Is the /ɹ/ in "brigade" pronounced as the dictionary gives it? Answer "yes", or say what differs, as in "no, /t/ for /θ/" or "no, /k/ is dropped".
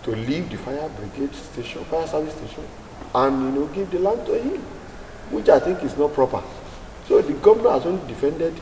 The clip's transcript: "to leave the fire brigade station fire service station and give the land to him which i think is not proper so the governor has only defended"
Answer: yes